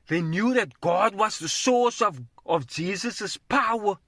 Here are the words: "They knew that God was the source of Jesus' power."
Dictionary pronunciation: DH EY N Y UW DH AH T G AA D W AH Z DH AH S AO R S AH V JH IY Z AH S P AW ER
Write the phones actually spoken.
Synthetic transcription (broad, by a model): DH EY N Y UW DH AH T G AA D W AH Z DH AH S AO R S AH V JH IY Z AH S P AW ER